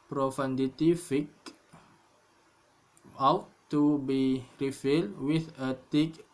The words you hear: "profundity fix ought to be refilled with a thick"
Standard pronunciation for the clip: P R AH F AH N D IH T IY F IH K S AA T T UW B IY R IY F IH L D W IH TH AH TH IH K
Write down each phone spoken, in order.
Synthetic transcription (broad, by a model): P R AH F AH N D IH T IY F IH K AA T T UW B IY R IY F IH L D W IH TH AH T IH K